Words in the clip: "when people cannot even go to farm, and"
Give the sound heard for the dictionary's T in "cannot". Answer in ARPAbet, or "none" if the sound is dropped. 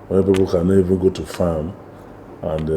none